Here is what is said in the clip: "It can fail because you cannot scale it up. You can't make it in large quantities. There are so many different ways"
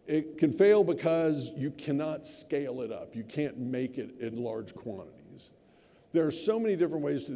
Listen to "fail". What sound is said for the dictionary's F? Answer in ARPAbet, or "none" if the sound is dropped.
F